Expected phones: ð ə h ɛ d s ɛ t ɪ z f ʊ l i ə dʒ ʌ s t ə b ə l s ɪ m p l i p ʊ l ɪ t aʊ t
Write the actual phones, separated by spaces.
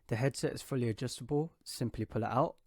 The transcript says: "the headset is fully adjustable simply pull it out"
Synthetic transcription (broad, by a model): ð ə h ɛ d s ɛ t ɪ z f ʊ l i ə dʒ ʌ s t ə b ə l s ɪ m p l i p ʊ l ɪ t aʊ t